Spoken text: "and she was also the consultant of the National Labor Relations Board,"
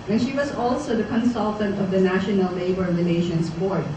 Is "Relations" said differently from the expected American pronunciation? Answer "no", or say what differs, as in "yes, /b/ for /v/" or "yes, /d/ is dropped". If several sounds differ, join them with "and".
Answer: yes, /n/ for /l/